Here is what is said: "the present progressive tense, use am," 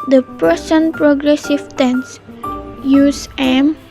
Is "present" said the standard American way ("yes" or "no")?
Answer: no